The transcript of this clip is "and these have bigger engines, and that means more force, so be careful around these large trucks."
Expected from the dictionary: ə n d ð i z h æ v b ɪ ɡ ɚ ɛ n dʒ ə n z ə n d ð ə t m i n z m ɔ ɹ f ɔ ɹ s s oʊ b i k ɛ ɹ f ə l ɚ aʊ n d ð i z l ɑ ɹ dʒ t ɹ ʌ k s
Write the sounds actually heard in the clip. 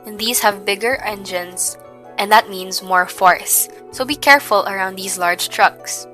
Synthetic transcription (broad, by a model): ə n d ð i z h æ v b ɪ ɡ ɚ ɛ n dʒ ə n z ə n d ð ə t m i n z m ɔ ɹ f ɔ ɹ s s oʊ b i k ɛ ɹ f ə l ɚ aʊ n d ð i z l ɑ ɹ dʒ t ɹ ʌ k s